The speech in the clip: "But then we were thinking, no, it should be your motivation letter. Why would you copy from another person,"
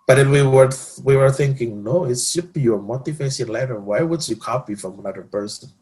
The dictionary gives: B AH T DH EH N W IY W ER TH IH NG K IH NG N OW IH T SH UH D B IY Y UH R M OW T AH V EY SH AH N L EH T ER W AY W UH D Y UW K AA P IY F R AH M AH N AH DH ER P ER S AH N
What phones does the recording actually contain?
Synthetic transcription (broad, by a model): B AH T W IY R W IY W ER TH IH NG K IH NG N OW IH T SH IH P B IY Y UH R M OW T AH F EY S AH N L EH T ER W AY W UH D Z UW K AA P IY F R AH M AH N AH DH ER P ER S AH N